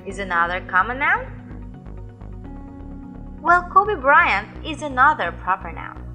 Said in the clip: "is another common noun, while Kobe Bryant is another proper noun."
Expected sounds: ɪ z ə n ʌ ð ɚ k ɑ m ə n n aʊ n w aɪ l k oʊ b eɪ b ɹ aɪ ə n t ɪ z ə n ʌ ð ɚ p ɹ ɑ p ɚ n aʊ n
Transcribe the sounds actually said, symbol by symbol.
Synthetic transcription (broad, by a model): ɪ z ə n ʌ ð ɚ k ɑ m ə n n aʊ n w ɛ l k oʊ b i b ɹ aɪ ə n ɪ z ə n ʌ ð ɚ p ɹ ɑ p ɚ n aʊ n